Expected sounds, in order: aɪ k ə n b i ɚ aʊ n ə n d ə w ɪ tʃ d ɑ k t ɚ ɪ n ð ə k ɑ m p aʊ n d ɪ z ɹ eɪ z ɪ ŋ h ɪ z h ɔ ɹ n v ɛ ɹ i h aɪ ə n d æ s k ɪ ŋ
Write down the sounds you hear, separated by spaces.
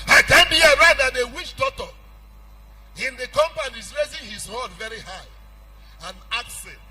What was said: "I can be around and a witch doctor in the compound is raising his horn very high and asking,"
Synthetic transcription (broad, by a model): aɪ k ə n b i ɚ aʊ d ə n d ə w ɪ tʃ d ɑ t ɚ ɪ n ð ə k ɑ m p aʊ n ɪ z ɹ eɪ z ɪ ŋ h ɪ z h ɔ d v ɛ ɹ i h aɪ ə n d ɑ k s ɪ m